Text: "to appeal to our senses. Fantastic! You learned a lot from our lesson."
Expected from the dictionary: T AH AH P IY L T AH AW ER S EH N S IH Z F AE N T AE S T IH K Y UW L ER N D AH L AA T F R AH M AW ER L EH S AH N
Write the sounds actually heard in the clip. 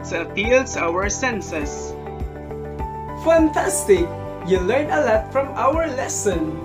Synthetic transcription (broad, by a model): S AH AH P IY L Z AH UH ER S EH N S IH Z F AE N T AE S T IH K Y UW L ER N AH L AA T F R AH M AW ER L EH S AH N